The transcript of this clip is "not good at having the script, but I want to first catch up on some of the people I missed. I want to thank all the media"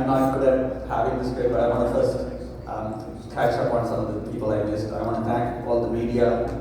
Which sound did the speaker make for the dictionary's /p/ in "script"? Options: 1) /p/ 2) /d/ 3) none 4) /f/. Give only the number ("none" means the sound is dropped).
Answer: 3